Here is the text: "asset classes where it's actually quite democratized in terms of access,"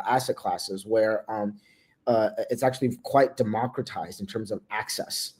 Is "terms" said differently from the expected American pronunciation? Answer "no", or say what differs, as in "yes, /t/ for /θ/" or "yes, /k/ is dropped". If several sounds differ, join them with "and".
no